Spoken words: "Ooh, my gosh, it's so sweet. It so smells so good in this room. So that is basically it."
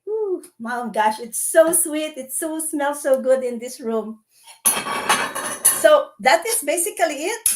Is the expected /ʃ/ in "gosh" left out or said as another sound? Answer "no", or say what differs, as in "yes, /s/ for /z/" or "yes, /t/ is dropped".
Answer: no